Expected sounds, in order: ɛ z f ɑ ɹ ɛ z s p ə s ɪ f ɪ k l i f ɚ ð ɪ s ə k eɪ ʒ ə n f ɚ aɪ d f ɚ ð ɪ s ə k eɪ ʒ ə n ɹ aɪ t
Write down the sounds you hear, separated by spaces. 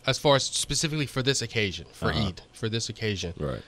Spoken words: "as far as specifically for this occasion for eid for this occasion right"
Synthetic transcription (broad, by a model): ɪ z f ɑ ɹ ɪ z s p ə s ɪ f ɪ k l i f ɚ ð ɪ s ə k eɪ ʒ ə n f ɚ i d f ɚ ð ɪ s ə k eɪ ʒ ə n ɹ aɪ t